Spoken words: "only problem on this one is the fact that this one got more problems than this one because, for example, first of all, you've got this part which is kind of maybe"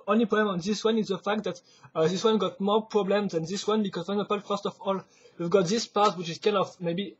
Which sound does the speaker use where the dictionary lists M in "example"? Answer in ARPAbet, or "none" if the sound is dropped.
none